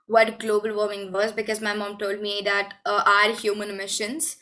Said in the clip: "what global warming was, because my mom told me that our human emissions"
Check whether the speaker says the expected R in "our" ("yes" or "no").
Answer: yes